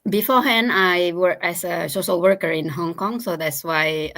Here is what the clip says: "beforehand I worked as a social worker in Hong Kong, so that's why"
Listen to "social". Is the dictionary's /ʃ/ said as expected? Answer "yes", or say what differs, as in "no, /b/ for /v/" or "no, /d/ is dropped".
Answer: no, /s/ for /ʃ/